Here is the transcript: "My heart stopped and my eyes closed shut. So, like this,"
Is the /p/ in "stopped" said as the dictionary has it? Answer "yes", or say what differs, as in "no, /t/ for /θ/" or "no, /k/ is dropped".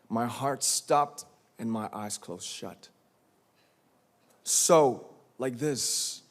yes